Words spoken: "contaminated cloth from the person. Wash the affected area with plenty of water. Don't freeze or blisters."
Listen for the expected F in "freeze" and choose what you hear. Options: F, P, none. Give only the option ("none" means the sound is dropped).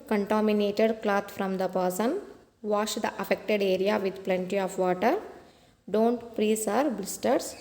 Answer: P